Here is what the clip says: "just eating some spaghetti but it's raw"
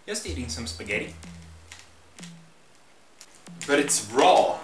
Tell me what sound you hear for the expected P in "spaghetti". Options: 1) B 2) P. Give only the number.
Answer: 2